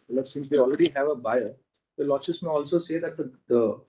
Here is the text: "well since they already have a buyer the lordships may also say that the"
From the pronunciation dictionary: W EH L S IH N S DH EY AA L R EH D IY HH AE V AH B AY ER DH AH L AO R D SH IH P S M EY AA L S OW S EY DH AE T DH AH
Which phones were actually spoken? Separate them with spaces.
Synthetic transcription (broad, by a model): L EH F S IH N S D EY AA L R EH D IY HH AE V AH B AY ER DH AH L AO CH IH S M EY AA L S OW S EY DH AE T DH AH